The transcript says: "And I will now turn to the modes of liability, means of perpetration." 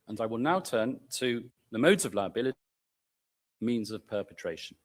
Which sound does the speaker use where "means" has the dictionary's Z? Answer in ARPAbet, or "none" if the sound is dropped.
Z